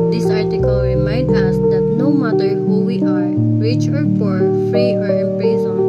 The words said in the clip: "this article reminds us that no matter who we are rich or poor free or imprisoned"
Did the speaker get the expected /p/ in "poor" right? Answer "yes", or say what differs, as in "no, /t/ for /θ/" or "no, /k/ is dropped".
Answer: no, /f/ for /p/